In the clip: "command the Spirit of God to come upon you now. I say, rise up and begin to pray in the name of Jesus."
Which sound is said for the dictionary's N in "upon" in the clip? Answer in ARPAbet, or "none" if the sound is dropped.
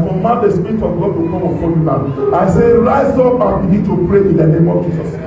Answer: L